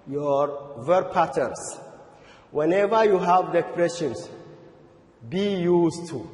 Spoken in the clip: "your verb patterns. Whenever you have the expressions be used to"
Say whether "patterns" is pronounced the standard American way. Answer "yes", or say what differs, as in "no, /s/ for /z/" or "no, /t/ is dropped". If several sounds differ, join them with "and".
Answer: no, /s/ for /z/